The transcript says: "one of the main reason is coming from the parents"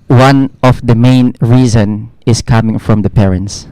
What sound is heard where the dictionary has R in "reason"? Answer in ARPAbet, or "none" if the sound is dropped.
R